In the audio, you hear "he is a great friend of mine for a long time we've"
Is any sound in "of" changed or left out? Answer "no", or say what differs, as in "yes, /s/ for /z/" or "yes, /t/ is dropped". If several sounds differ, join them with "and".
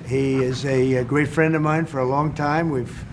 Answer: no